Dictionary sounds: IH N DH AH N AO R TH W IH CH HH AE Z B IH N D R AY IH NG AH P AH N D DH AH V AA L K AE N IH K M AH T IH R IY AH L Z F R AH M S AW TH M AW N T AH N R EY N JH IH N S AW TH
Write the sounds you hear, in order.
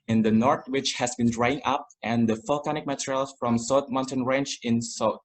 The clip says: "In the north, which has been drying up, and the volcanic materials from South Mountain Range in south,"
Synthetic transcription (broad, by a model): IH N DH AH N AO R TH W IH CH HH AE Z B IH N D R AY IH NG AH P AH N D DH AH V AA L K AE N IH K M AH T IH R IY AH L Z F R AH M S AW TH M AW N T AH N R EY N CH IH N S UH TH